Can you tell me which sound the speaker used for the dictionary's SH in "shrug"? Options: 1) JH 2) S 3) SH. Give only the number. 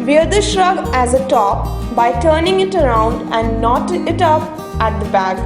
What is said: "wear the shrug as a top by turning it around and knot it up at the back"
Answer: 3